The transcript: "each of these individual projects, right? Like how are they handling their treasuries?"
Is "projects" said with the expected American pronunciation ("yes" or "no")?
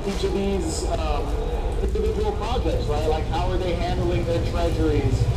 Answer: no